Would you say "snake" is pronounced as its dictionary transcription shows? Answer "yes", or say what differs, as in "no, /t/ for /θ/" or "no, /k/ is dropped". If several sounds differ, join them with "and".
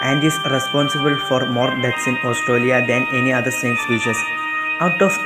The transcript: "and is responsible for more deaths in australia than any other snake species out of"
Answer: no, /n/ is dropped